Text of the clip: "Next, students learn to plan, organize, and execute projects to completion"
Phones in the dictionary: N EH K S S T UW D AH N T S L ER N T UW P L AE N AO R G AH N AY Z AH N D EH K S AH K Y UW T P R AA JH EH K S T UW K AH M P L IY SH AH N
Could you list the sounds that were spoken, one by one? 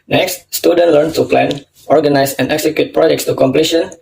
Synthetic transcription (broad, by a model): N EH K S S T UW D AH N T L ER N T UW P L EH N AO R G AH N AY S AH N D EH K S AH K Y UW T P R AA JH EH K S T UW K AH M P L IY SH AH N